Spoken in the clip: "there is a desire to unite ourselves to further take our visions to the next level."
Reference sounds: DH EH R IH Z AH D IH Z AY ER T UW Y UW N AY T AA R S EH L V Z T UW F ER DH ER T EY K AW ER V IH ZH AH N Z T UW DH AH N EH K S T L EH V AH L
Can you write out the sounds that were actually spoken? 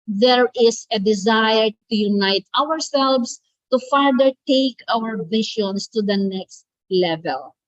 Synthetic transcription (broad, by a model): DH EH R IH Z AH D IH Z AY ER T UW Y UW N AY T AA R S EH L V S T UW F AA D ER T EY K AW ER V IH SH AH N S T UW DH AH N EH K S T L EH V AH L